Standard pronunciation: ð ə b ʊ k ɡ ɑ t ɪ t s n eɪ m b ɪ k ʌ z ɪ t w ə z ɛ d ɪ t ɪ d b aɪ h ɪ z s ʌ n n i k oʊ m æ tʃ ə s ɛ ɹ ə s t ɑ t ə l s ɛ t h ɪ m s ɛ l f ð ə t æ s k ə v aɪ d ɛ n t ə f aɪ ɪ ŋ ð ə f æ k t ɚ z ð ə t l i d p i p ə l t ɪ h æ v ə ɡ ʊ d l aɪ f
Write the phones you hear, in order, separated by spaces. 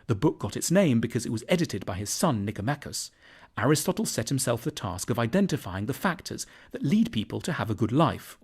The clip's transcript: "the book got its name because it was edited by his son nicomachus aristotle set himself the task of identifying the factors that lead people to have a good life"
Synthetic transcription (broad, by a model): ð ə b ʊ k ɡ ɑ t ɪ t s n eɪ m b ɪ k ʌ z ɪ t w ə z ɛ d ɪ t ɪ d b aɪ ɪ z s ʌ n n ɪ k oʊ m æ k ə s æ ɹ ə s t ɑ t l s ɛ t h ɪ m s ɛ l f ð ə t æ s k ə v aɪ d ɛ n t ə f aɪ ɪ ŋ ð ə f æ k t ɚ z ð ə t l i d p i p ə l t ɪ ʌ v ə ɡ ʊ d l aɪ f